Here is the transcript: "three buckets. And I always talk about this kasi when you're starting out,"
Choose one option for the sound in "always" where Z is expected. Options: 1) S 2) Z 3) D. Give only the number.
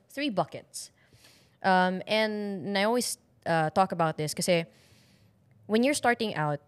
1